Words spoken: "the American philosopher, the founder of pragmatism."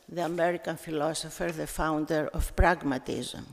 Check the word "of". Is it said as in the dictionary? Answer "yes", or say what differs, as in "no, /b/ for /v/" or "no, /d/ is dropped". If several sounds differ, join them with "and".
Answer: no, /f/ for /v/